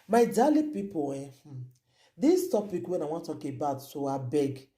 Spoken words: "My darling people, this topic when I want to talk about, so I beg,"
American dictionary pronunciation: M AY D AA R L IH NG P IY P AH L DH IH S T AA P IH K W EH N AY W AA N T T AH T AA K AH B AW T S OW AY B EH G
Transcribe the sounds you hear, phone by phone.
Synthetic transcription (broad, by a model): M AY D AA L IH P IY P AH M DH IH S T AA P IH K W EH N AY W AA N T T T AA K AH B AW T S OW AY B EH G